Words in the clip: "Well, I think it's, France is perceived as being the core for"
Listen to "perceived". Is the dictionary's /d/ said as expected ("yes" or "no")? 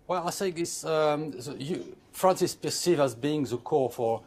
no